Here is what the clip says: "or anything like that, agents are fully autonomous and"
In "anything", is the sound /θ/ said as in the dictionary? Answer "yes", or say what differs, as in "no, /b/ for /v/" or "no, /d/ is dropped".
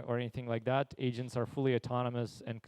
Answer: yes